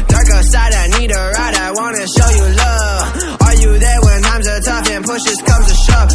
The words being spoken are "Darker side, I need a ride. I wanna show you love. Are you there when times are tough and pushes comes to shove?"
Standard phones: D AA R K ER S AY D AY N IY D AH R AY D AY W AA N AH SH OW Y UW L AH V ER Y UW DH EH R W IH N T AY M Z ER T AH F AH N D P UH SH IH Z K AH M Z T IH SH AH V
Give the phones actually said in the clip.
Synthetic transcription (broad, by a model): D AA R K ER S AY D AY N IY D AH R AY D AY W AA N AH SH OW Y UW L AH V ER Y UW DH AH R W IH N T AY M Z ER T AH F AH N P UH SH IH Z K AH M Z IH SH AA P